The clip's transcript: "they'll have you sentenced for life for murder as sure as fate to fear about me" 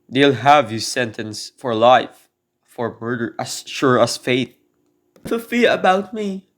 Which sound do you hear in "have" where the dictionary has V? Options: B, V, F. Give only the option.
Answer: V